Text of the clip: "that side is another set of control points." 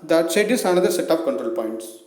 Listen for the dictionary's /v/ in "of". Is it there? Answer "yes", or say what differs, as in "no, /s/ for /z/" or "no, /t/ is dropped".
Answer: no, /p/ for /v/